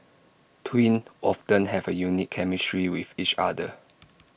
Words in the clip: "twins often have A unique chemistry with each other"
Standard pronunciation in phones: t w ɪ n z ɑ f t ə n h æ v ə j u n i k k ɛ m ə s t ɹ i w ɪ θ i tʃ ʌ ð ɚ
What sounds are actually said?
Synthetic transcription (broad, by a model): t w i n ɑ f t ə n h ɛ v ə j u n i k k ɛ m ə s t ɹ i w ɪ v i tʃ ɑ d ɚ